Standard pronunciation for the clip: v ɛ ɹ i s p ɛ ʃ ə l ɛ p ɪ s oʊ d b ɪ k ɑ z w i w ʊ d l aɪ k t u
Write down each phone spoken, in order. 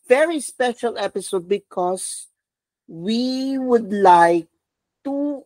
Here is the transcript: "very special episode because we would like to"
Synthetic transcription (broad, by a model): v ɛ ɹ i s p ɛ ʃ ə l ɛ p ɪ s oʊ d b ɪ k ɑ s w i w ʊ d l aɪ k t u